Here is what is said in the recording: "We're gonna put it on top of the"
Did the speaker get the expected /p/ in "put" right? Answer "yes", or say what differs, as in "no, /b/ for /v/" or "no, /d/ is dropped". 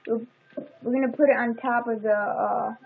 yes